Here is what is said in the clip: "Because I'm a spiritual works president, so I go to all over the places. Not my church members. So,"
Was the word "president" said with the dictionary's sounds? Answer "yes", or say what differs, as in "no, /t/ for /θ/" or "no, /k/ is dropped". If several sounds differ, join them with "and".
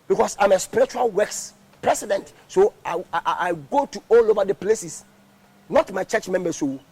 no, /s/ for /z/